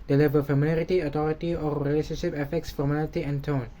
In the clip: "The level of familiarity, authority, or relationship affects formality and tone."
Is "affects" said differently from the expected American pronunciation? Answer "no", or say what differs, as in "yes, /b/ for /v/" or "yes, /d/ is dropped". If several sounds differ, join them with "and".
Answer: no